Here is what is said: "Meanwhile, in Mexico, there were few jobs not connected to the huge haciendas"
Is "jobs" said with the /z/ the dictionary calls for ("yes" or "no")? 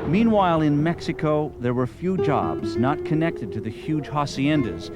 yes